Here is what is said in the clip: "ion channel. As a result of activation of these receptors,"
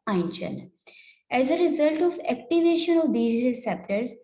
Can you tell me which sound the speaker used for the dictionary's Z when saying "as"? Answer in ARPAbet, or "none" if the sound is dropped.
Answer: Z